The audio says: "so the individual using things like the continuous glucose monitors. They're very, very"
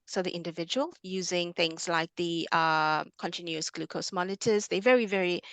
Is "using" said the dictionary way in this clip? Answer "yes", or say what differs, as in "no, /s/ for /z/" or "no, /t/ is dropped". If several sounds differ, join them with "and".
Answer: yes